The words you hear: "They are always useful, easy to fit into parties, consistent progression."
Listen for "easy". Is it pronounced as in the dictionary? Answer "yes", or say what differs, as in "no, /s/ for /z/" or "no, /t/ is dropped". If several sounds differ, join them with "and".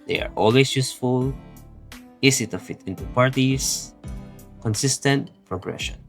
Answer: no, /s/ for /z/